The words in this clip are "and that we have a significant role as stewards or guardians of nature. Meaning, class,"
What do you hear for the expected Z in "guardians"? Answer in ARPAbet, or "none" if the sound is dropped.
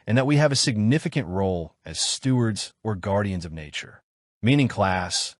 Z